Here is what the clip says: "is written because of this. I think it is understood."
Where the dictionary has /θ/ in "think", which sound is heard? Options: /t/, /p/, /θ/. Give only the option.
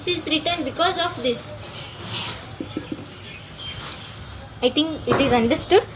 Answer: /t/